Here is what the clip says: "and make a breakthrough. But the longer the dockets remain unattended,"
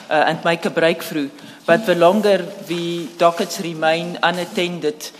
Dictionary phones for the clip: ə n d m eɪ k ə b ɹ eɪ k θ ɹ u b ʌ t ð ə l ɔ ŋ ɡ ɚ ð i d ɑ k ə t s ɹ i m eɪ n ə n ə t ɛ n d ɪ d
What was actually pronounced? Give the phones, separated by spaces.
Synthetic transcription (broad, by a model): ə n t m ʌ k ə b ɹ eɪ k f ɹ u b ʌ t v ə l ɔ ŋ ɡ ɚ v i d ɑ k ə t s ɹ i m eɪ n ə n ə t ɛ n d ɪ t